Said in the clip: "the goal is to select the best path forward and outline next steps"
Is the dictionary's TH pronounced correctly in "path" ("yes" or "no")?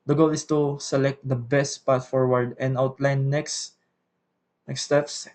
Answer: no